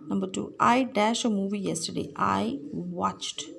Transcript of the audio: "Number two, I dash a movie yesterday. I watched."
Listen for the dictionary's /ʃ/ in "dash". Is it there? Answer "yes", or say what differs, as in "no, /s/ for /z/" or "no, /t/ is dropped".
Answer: yes